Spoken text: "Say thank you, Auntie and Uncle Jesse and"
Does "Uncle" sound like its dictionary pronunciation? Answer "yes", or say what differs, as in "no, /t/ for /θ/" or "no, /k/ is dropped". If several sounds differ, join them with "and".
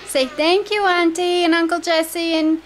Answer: yes